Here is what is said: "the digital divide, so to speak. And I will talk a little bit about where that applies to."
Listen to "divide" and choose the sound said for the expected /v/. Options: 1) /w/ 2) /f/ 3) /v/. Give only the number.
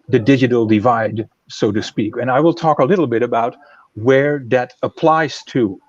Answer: 3